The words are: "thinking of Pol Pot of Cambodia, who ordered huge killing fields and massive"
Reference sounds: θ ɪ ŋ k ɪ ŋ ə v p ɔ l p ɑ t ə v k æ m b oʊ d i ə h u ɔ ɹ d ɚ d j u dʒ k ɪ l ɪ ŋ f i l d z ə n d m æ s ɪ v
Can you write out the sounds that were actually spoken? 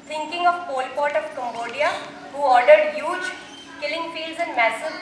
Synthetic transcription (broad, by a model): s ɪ ŋ k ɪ ŋ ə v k ɔ l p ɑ t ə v k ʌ m b oʊ d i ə h u ɔ ɹ d ɚ d j u dʒ k ɪ l ɪ ŋ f i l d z ə n d m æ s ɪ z